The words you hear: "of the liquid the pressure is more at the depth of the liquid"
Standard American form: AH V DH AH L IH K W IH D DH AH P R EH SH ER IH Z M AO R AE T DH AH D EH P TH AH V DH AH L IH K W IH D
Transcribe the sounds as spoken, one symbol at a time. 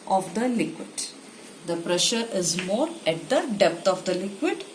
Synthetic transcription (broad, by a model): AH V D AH L IH K W IH D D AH P R EH SH ER IH Z M AO R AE T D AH D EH P T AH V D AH L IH K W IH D